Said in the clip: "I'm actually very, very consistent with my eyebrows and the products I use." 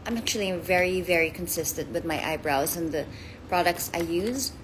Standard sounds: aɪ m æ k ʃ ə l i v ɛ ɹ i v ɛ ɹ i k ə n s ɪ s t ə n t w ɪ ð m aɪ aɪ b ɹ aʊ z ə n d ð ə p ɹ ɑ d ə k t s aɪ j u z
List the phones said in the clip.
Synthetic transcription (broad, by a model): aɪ m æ k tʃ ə l i v ɛ ɹ i v ɛ ɹ i k ə n s ɪ s t ə n t w ɪ ð m aɪ aɪ b ɹ aʊ z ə n ð ə p ɹ ɑ d ə k t s aɪ j u z